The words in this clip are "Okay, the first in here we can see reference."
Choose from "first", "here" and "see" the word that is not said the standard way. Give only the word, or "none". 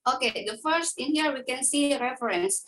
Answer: none